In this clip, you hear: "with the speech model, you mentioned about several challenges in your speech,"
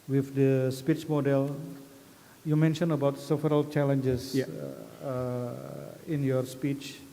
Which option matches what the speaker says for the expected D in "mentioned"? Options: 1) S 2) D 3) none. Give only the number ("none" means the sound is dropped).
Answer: 3